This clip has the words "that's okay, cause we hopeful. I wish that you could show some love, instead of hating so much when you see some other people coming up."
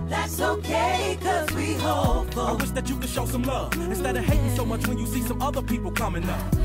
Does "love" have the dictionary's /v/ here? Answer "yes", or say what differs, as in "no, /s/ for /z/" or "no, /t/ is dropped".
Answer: no, /v/ is dropped